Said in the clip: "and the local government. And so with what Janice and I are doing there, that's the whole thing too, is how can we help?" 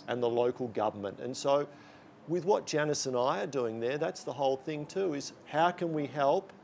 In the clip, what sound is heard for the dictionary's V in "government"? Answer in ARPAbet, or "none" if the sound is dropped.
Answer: V